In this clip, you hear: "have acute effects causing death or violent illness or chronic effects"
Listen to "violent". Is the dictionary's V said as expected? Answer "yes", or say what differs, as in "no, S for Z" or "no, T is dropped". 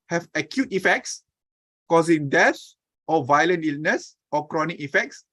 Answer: yes